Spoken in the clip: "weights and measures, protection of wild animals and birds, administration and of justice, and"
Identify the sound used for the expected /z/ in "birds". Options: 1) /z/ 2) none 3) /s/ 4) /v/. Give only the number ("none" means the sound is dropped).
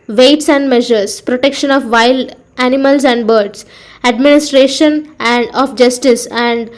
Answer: 3